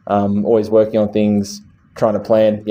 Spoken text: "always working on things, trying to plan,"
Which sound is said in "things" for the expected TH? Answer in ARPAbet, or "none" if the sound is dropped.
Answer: TH